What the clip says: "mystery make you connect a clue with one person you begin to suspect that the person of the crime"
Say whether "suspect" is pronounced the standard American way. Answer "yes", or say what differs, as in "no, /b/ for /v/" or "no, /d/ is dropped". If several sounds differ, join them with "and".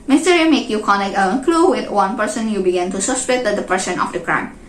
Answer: no, /k/ is dropped